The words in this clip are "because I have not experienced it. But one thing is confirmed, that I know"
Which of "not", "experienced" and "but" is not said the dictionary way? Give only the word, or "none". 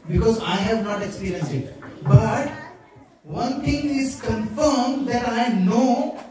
experienced